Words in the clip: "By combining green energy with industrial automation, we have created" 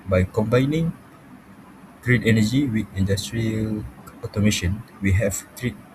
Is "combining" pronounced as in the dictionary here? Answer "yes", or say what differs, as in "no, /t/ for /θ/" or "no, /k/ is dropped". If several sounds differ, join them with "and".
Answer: yes